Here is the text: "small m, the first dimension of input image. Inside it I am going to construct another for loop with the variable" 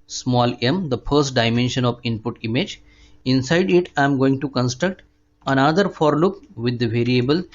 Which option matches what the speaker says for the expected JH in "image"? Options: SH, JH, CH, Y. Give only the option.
JH